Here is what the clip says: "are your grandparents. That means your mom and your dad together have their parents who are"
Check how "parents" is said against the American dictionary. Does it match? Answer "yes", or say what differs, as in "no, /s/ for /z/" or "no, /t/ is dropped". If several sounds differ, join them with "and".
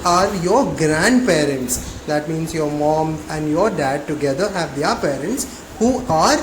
yes